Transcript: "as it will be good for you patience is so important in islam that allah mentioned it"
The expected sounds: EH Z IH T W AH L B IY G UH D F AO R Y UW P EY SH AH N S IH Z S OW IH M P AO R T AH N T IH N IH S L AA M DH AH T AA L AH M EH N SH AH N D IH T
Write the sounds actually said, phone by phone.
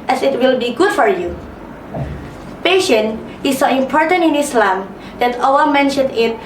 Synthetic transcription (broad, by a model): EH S IH T W AH L B IY G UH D F AO R Y UW P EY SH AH N IH S OW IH M P AO R T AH N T IH N IH S L AA M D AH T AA W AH M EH N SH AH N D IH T